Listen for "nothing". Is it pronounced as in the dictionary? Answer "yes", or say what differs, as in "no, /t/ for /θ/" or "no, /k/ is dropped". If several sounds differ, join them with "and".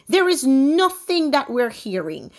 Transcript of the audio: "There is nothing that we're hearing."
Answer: yes